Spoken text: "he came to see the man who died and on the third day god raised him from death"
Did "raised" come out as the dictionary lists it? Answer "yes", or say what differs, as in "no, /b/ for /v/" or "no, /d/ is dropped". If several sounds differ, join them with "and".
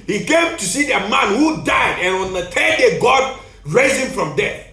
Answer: no, /d/ is dropped